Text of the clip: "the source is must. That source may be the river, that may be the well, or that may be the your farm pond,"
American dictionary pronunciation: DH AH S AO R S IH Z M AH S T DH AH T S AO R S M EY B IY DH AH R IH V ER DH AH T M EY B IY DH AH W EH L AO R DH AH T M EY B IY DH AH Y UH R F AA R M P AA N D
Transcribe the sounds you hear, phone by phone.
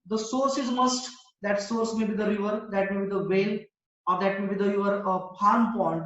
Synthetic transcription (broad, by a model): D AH S AO R S IH Z M AH S T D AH T S AO R S M EY B IY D AH R IH V ER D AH T M EY B IY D AH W EH L AO R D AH T M EY B IY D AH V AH R P AA R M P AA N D